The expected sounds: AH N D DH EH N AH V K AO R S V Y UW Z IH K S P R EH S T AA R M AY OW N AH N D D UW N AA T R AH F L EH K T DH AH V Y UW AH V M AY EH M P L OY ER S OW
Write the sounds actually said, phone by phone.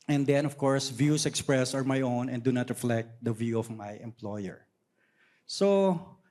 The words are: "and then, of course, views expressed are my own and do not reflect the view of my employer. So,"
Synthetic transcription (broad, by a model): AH N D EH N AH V K AO R S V Y UW S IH K S P R EH S AA R M AY OW N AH N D D UW N AA T R AH F L EH K T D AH V Y UW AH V M AY EH M P L OY ER S OW